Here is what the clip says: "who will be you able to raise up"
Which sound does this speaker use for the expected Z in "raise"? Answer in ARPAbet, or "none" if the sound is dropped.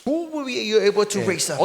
S